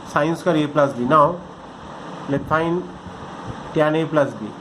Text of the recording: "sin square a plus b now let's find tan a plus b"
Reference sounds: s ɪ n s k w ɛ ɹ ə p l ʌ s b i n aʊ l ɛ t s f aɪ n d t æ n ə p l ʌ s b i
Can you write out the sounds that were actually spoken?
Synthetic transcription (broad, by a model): s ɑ n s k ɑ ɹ ə p l ʌ s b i n aʊ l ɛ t f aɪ n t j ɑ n ə p l ʌ s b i